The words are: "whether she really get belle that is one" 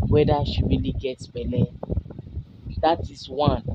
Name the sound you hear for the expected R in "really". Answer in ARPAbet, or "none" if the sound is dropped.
W